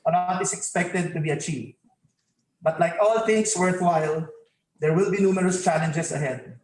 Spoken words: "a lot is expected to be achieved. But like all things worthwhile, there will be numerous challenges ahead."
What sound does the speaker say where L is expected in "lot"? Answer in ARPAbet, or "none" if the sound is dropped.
N